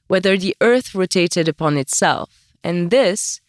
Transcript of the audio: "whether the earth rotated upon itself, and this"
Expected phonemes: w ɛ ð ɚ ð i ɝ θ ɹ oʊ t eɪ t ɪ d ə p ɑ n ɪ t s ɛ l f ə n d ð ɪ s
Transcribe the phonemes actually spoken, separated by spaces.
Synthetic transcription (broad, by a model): w ɛ ð ɚ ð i ɝ θ ɹ oʊ t eɪ t ɪ d ə p ɑ n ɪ t s ɛ l f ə n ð ɪ s